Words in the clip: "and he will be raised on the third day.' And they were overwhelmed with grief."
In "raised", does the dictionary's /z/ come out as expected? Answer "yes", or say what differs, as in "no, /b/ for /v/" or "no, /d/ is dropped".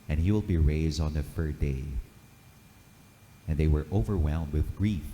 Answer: yes